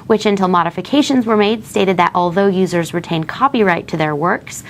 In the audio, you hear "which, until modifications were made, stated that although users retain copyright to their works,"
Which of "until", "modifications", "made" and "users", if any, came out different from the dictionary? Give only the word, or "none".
none